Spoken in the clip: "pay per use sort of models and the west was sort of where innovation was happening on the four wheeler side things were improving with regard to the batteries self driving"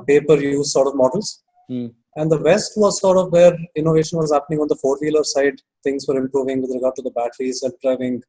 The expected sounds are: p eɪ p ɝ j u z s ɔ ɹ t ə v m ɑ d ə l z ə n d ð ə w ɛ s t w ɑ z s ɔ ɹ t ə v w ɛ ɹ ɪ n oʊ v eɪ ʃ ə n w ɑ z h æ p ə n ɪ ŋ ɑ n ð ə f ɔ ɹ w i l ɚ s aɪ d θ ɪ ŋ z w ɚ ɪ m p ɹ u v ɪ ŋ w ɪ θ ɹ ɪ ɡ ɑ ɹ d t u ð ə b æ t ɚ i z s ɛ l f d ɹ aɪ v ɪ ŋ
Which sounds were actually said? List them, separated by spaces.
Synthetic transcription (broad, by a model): p eɪ p ɝ j u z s ɔ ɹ t ə v m ɑ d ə l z ə n d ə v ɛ s t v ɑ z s ɔ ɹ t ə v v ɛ ɹ ɪ n oʊ v eɪ ʃ ə n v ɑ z h æ p ə n ɪ ŋ ɑ n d ə f ɔ ɹ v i l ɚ s aɪ d t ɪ ŋ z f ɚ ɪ m p ɹ u v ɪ ŋ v ɪ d ɹ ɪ ɡ ɑ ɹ d t u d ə b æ t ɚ i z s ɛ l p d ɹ aɪ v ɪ ŋ